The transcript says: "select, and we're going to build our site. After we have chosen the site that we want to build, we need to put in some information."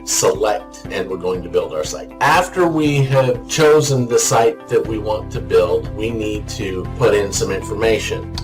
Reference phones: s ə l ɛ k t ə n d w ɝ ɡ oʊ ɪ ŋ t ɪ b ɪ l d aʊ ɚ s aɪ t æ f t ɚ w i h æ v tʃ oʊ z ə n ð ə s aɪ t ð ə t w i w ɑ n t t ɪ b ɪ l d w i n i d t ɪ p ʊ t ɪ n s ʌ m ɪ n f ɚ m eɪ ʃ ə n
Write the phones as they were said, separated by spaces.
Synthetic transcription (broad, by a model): s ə l ɛ k t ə n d w ɝ ɡ oʊ ɪ ŋ t ɪ b ɪ l d aʊ ɚ s aɪ t æ f t ɚ w i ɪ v tʃ oʊ z ə n ð ə s aɪ t ð ə t w i w ɑ n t t ɪ b ɪ l d w i n i d t ɪ p ʊ t ɪ n s ʌ m ɪ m f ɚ m eɪ ʃ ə n